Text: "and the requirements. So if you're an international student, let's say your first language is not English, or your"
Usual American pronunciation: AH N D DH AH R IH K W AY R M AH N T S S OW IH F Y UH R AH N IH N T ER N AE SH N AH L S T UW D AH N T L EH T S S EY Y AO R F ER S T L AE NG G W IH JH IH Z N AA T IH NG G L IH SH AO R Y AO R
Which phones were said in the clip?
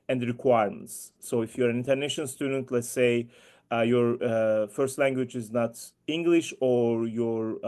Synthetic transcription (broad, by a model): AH N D R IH K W AY R M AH N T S S OW IH F Y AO R AH N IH N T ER N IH SH AH N S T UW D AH N T L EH T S S EY Y AO R F ER S T L AE NG G W IH JH IH Z N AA T IH NG G L IH SH AO R Y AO R